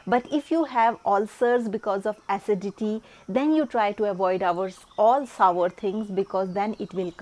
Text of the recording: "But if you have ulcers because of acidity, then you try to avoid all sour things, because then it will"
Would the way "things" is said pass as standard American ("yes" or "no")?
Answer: no